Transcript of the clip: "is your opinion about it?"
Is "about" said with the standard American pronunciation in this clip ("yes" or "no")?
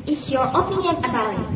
no